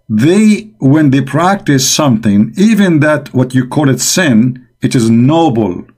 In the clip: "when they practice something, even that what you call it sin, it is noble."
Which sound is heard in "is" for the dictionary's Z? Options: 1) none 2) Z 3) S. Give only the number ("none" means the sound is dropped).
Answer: 2